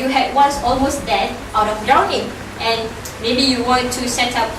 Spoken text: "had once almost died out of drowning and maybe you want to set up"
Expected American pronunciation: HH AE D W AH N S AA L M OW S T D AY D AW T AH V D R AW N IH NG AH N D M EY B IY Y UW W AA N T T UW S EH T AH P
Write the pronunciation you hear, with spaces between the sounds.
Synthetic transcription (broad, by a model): HH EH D W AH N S AA L M OW S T D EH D AW T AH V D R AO IH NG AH N M EY B IY Y UW W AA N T T UW S EH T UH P